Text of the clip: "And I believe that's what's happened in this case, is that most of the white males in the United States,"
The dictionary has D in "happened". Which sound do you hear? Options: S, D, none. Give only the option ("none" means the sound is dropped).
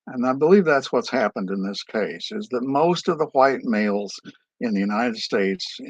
D